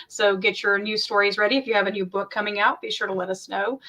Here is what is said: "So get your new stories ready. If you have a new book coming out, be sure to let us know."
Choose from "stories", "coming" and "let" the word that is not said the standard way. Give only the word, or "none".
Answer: none